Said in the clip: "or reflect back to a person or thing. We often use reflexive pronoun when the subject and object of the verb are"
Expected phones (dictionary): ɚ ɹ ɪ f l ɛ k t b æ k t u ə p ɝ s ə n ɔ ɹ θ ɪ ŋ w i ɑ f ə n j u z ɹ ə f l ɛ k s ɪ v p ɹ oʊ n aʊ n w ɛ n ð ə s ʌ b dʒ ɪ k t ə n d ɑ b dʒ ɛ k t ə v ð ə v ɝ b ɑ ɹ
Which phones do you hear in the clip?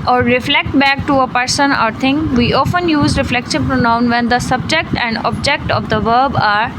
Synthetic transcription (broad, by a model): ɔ ɹ ɪ f l ɛ k t b æ k t u ə p ɝ s ə n ɔ ɹ t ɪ ŋ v i ɑ f ə n j u z ɹ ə f l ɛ k ʃ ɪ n p ɹ oʊ n aʊ n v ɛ n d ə s ʌ b dʒ ɪ k t ə n d ɑ b dʒ ɛ k t ə v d ə v ɝ b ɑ ɹ